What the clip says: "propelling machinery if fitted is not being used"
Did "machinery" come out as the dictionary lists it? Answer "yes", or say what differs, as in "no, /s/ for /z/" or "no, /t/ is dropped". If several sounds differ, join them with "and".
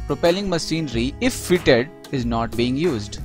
no, /s/ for /ʃ/